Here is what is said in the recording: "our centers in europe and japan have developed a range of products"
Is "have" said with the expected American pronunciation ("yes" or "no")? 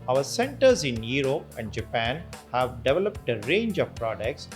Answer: yes